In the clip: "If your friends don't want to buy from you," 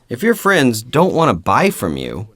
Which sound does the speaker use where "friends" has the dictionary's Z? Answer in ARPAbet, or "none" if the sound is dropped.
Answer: Z